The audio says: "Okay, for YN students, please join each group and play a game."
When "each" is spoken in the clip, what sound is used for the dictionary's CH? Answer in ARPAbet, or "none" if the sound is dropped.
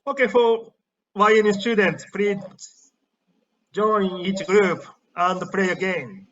CH